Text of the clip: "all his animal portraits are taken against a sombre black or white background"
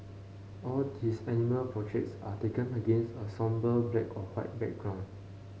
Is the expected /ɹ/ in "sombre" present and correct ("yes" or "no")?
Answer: no